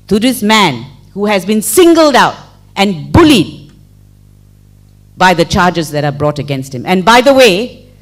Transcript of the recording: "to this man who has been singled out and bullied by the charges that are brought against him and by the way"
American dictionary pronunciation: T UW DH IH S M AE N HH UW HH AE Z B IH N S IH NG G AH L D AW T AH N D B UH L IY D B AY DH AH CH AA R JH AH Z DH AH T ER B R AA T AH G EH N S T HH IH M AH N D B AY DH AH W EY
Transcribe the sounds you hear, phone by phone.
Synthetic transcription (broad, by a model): T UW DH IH S M AE N HH UW HH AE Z B IH N S IH NG G AH L D AW T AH N B UH L IY D B AY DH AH CH AA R JH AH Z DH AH T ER B R AA T AH G EH N S T HH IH M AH N B AY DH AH W EY